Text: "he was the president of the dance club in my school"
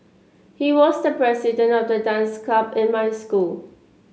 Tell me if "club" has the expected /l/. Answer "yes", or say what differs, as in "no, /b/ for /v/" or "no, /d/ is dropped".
no, /l/ is dropped